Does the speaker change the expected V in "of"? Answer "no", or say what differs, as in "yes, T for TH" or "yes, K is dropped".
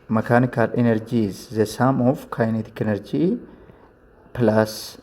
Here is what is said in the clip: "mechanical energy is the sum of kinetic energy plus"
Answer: yes, F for V